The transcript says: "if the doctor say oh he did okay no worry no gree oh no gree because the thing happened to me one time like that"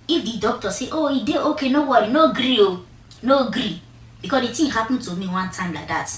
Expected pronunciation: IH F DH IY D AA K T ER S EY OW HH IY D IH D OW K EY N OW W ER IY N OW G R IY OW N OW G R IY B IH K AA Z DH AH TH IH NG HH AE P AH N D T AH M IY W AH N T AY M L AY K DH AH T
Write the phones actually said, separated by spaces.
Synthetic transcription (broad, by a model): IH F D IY D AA K T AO S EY OW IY D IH OW K EY N OW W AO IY N OW G R IY OW N OW G R IY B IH K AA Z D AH T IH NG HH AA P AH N T AH M IY W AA N T AY M L AY K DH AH T